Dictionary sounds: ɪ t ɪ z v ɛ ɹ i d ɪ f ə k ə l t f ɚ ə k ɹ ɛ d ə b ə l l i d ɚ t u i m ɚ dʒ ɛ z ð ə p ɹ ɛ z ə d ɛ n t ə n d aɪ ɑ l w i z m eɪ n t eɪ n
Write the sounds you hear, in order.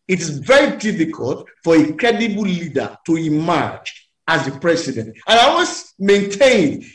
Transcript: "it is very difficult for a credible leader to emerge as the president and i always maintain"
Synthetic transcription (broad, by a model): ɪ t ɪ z v ɛ ɹ i d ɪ f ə k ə l t f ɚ ə k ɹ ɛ d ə b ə l l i d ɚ t u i m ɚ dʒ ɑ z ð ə p ɹ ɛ s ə d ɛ n t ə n aɪ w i s m eɪ n t eɪ n